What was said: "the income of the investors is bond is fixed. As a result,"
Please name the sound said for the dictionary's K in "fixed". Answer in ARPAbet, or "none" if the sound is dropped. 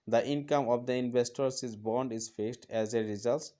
none